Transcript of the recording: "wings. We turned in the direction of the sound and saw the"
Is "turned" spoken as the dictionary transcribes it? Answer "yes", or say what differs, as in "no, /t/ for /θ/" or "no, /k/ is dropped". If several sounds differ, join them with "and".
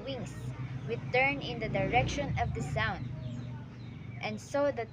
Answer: no, /d/ is dropped